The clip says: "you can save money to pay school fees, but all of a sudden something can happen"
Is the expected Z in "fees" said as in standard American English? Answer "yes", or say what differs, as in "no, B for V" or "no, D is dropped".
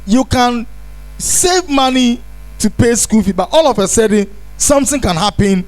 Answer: no, Z is dropped